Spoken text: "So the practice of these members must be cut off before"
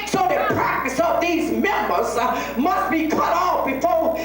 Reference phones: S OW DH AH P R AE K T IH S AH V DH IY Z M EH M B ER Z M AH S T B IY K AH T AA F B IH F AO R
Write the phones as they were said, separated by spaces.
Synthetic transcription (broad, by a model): S OW DH AH P R AE K T IH S AH V DH IY Z M EH M B ER Z M AH S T B IY K AH T AA F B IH F AO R